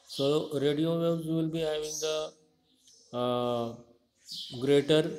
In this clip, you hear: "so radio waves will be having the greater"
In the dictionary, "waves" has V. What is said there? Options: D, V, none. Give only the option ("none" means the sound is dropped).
none